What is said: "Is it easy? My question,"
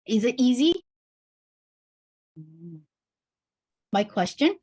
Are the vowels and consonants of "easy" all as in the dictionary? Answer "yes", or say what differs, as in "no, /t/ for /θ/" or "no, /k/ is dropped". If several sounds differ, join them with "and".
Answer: yes